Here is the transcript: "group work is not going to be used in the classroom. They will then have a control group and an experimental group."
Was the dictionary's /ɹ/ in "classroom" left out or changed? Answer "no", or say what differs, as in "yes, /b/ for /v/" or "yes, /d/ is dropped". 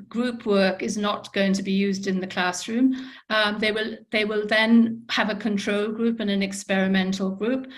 no